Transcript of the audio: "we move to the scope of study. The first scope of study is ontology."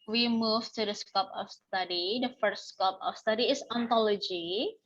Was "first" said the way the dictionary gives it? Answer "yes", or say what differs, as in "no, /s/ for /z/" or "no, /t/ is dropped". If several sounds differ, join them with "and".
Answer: no, /s/ is dropped